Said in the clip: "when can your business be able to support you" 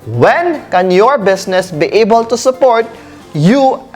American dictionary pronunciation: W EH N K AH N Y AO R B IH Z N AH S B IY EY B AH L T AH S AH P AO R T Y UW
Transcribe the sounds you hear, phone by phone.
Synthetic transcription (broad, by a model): W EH N K AH N Y AO R B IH S N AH S B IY EY B AH L T AH S AH P AO R T Y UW